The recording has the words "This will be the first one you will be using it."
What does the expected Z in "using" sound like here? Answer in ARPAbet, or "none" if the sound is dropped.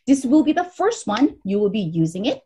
Z